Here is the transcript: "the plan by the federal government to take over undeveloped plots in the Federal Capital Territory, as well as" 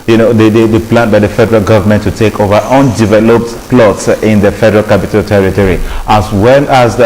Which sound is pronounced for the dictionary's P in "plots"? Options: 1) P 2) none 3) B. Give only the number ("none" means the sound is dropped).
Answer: 1